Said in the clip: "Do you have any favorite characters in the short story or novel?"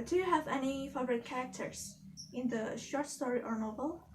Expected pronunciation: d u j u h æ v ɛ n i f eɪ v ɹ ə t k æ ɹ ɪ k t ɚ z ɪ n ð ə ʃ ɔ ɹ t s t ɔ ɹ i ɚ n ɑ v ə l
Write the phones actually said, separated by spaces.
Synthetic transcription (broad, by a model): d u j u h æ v ɛ n i f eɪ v ɹ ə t k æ ɹ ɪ k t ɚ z ɪ n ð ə ʃ ɔ ɹ t s t ɔ ɹ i ɚ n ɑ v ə l